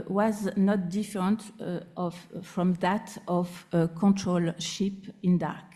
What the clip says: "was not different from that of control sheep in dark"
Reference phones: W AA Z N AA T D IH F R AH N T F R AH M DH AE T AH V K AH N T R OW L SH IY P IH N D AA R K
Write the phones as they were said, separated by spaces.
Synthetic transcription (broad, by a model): W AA Z N AA T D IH F R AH N T F R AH M DH AE T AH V K AH N T R OW L SH IY P IH N D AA R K